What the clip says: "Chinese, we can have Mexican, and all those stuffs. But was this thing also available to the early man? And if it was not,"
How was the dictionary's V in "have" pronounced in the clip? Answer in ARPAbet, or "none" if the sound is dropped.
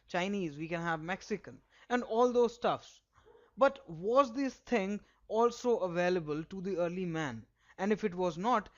V